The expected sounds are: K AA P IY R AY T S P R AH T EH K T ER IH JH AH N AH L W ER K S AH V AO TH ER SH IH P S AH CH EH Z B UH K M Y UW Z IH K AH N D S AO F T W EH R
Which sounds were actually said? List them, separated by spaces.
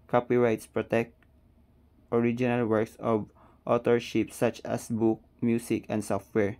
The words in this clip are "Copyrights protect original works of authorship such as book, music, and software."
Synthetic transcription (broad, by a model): K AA P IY R AY T S P R AH T EH K T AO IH JH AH N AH L W ER K S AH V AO T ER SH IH P S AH CH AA S B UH K M Y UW S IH K AH N D S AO F T W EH R